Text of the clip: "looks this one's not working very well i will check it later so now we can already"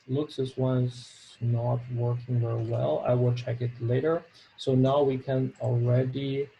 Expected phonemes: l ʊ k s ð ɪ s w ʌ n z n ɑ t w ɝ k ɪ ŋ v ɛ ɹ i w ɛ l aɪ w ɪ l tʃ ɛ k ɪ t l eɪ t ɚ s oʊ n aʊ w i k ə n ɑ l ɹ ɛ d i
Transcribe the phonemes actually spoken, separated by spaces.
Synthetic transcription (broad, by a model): l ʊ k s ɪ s w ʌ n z n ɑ t w ɝ k ɪ ŋ v ɛ ɹ i w ɛ l aɪ w ɪ l tʃ ɛ k ɪ t l eɪ t ɚ s oʊ n aʊ w i k ə n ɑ l ɹ ɛ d i